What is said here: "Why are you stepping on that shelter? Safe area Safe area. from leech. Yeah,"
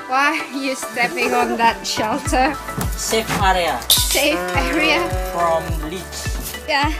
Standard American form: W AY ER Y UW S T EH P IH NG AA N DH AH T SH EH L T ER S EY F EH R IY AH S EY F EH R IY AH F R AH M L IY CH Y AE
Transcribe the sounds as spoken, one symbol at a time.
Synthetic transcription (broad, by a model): W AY Y UW S T EH P IH NG AA N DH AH T SH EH L T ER S EY F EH R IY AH S EY F EH R IY AH F R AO M L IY S Y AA